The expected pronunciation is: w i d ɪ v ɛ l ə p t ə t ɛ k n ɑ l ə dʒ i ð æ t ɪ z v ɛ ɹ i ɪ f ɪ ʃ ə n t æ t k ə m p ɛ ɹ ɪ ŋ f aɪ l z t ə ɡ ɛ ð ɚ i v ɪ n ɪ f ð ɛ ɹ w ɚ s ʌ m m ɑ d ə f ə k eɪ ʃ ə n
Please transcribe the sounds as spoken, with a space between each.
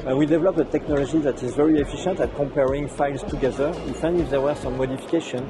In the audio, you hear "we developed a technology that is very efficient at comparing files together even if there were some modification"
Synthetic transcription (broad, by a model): w i d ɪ v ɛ l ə p ə t ɛ k n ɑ l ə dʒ i ð æ t ɪ z v ɛ ɹ i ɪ f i ʃ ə n t æ t k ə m p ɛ ɹ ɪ ŋ f aɪ l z t ə ɡ ɛ ð ɚ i f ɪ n ɪ f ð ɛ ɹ w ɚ s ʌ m m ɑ d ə f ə k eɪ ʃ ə n